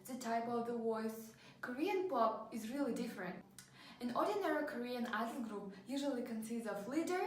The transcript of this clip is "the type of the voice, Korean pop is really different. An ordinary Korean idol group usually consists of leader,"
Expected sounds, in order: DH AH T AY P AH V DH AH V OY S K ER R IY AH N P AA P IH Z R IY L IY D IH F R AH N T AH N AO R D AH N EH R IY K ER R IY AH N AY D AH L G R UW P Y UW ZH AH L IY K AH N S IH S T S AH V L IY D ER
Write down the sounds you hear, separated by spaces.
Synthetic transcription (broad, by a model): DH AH T AY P AH V DH AH W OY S K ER R IY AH N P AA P IH Z R IY L IY D IH F R AH N T AH N AO R D AH N EH R IY K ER R IY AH N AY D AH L G R UW P Y UW ZH AH L IY K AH N S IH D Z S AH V L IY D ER